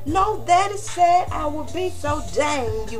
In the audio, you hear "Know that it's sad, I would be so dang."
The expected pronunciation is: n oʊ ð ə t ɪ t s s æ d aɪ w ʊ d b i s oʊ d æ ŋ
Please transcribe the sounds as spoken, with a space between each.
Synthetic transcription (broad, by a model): n oʊ ð ə t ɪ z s s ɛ aɪ w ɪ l b i s oʊ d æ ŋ